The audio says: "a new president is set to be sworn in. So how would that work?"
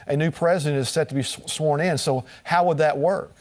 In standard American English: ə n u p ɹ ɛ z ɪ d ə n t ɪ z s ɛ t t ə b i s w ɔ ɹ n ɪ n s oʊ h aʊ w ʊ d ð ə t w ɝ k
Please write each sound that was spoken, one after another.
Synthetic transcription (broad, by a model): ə n u p ɹ ɛ z ɪ d ə n t ɪ z s ɛ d t ə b i s w ɔ ɹ n ɪ n s oʊ h aʊ w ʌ d ð ə t w ɝ k